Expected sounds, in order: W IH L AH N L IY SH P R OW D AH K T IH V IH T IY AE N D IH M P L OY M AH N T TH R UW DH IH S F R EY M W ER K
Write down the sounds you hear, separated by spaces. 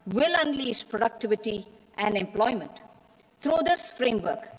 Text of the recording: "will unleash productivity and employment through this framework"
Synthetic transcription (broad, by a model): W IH L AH N L IY S P R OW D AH K T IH V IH T IY AE N D IH M P L OY M AH N T T R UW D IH S F R EY M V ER K